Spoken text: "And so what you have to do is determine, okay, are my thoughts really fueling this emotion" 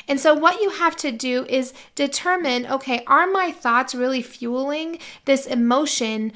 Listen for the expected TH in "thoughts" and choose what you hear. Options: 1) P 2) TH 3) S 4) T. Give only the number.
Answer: 2